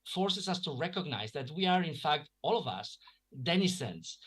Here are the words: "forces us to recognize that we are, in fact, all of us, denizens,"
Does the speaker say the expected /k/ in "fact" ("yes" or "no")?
yes